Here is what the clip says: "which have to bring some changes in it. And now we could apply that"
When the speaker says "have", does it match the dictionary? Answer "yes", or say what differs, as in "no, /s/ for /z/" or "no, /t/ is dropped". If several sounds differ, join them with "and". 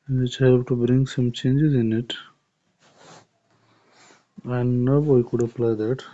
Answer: no, /p/ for /v/